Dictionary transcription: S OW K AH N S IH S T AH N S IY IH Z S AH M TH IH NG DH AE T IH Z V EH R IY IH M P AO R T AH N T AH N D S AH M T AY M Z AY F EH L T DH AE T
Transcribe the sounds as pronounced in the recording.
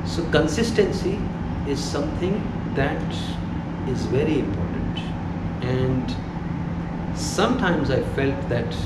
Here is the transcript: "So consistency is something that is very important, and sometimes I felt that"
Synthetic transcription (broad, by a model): S OW K AH N S IH S T AH N S IY IH Z S AH M T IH NG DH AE T IH Z V EH R IY IH M P AO R T AH N T AH N D S AH M T AY M Z AY F EH L T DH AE T